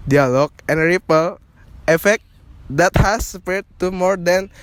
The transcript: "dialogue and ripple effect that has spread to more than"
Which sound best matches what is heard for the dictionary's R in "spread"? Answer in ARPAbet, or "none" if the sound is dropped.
none